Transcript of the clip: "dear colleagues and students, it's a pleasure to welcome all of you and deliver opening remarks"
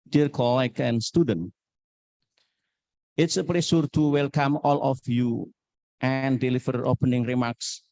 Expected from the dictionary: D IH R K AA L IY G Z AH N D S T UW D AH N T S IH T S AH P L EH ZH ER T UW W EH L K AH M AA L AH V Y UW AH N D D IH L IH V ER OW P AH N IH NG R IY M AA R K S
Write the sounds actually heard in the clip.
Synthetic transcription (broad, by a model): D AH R K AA L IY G AH N S T UW D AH N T IH T S AH P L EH S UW T UW W EH L K AH M AA L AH F Y UW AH N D D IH L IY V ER OW P AH N IH NG R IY M AA R K S